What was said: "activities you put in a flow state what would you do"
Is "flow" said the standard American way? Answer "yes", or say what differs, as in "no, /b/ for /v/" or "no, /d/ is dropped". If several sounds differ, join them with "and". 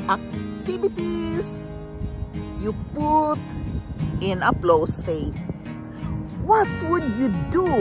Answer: no, /p/ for /f/